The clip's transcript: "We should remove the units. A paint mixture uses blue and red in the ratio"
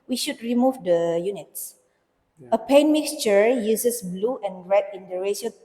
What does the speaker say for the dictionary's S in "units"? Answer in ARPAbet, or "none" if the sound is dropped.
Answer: S